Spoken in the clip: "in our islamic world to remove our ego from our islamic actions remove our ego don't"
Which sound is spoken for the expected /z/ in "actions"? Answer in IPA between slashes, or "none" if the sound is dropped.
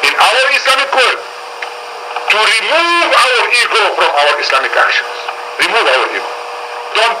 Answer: /s/